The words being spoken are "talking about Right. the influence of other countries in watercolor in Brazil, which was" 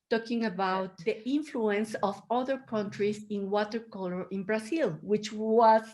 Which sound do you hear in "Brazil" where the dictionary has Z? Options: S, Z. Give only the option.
S